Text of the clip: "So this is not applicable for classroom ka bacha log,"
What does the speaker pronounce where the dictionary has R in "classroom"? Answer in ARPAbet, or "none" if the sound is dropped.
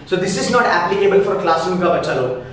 none